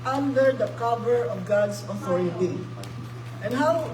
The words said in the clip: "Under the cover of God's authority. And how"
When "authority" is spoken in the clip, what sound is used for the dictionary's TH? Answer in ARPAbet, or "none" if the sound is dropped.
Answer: F